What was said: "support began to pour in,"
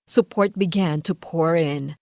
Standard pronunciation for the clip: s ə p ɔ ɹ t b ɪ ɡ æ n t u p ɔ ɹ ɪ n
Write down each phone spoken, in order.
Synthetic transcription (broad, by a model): s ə p ɔ ɹ t b ɪ ɡ æ n t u p ɔ ɹ ɪ n